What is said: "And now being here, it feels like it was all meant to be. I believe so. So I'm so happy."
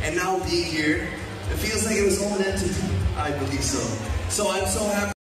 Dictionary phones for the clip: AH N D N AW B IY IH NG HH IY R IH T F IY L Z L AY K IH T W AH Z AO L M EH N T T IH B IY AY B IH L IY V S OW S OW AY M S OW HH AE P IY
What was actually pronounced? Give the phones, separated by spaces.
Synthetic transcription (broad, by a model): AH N N AW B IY HH IY R IH T F IY L Z L AY K IH T W AH Z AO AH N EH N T T IH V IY AY B IH L IY V S OW S OW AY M S OW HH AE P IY